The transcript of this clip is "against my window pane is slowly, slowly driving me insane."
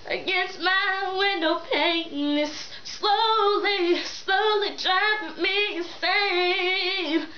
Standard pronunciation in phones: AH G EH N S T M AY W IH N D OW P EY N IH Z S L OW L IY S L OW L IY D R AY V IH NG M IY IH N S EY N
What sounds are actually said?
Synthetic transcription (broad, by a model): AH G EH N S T M AY W IH N D OW P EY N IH S L OW L IY S L OW L IY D R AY IH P M IY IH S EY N